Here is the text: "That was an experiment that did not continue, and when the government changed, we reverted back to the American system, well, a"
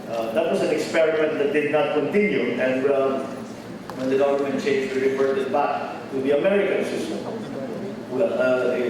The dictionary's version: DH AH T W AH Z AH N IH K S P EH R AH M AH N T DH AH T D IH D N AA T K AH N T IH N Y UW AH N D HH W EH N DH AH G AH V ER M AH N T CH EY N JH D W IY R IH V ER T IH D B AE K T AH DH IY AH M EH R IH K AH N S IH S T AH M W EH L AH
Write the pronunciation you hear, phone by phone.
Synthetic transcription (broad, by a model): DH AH T W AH S AH N IH K S P EH R AH M AH N T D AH T D IH D N AA T K AH N T IH N Y UW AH N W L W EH N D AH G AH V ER M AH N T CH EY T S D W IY R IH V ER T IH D B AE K T AH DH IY AH M EH R IH K AH N S IH S T AH M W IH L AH